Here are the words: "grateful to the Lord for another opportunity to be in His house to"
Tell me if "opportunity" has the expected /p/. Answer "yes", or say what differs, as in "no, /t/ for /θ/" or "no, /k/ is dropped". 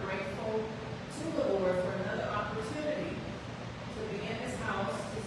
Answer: yes